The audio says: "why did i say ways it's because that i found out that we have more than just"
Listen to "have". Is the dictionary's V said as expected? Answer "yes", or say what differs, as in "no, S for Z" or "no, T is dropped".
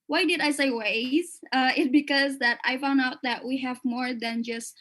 yes